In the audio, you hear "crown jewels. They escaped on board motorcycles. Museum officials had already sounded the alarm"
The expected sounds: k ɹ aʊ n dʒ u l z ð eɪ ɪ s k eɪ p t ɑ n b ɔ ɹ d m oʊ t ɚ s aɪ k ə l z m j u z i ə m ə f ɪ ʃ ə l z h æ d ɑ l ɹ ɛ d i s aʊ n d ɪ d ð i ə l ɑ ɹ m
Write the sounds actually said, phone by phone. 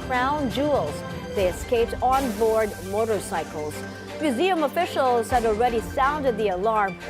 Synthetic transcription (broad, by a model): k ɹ aʊ n dʒ u l z ð eɪ ɪ s k eɪ p t ɑ n b ɔ ɹ d m oʊ t ɚ s aɪ k ə l z m j u z i ə m ə f ɪ ʃ ə l z h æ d ɑ l ɹ ɛ d i s aʊ n d ɪ d ð i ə l ɑ ɹ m